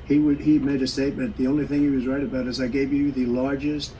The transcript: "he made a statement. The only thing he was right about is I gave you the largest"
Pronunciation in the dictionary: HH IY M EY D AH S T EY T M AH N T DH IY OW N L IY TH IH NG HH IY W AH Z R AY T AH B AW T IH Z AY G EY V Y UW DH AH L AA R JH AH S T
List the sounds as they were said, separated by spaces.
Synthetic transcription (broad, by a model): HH IY M EY D AH S T EY T M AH N DH IY OW N L IY TH IH NG HH IY W AH Z R AY T AH B AW T IH Z AY G EY V Y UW DH AH L AA R JH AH S T